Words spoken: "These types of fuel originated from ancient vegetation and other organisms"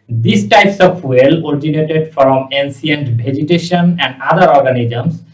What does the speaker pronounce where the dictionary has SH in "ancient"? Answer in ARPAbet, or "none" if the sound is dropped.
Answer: S